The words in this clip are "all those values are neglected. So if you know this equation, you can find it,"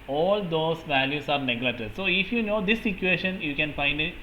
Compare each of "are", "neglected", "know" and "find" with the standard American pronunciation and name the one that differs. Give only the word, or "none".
neglected